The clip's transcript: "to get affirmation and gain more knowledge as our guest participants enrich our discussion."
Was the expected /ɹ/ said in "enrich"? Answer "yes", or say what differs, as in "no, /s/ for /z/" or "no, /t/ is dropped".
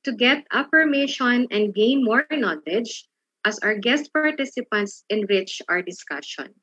no, /w/ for /ɹ/